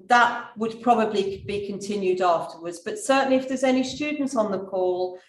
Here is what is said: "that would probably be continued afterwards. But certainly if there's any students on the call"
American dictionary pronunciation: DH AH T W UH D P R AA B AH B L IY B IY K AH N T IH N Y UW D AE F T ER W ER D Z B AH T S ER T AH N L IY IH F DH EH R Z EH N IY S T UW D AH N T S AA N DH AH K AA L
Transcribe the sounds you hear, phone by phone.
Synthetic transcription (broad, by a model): DH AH T W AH D P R AA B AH B L IY B IY K AH N T IH N Y UW D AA F T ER W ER D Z B AH T S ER T N L IY IH F DH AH Z EH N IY S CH UW D N T S N DH AH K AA L